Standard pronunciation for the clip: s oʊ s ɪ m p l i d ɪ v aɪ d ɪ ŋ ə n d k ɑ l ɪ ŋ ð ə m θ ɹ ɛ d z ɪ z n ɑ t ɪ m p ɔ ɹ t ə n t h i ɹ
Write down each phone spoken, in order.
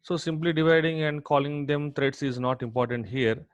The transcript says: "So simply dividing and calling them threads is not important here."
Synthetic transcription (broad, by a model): s oʊ s ɪ m p l i d ɪ v aɪ d ɪ ŋ ə n d k ɑ l ɪ ŋ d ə m t ɹ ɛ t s ɪ z n ɑ t ɪ m p ɔ ɹ t ə n t h i ɹ